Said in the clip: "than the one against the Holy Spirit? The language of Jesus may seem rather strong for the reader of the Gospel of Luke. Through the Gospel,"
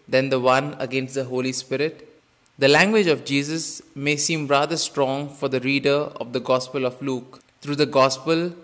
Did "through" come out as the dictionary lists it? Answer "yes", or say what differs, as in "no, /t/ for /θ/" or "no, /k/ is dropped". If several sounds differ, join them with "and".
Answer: no, /t/ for /θ/